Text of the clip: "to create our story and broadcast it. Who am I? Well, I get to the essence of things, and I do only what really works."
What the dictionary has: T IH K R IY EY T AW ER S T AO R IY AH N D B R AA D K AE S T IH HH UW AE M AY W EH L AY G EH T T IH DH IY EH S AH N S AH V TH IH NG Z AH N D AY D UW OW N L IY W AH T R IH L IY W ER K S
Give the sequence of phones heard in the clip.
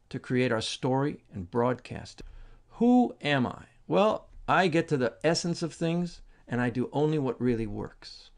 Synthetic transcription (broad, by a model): T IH K R IY EY T AW ER S T AO R IY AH N B R AA D K AE S T HH UW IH M AY W EH L AY G EH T T IH DH IY EH S AH N S AH V TH IH NG Z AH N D AY D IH OW N L IY W AH T R IH L IY W ER K S